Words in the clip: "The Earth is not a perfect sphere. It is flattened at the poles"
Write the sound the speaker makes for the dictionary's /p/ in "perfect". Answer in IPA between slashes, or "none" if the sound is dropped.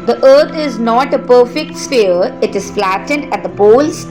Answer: /p/